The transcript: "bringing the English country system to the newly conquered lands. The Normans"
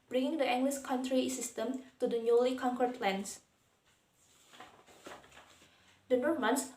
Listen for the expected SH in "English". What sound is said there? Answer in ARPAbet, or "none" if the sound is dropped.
S